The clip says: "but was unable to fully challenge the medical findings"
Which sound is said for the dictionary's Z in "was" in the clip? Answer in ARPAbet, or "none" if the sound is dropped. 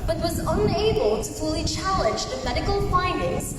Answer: Z